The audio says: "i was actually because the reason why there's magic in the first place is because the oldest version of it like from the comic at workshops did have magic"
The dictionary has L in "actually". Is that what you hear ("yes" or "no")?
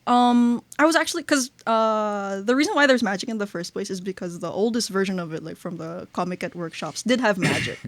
no